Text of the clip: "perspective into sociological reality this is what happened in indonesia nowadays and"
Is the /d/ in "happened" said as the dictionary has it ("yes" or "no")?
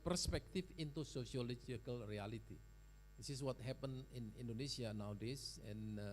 no